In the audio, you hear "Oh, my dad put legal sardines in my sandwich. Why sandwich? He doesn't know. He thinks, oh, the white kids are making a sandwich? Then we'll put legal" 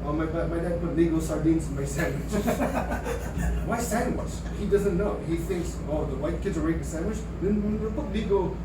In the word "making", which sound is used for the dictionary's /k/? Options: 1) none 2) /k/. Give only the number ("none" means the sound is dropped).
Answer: 1